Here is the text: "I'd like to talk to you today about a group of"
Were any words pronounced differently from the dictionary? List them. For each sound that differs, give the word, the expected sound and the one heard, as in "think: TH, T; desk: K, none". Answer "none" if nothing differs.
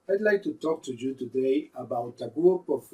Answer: group: R, none